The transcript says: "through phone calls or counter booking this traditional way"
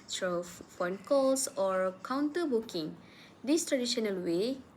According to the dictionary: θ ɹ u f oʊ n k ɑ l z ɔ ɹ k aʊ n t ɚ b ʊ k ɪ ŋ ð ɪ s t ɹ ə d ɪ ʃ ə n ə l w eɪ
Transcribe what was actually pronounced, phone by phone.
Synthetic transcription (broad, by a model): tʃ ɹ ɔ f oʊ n k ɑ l s ɔ ɹ k aʊ n t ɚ b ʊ k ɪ ŋ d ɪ s t ɹ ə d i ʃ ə n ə l w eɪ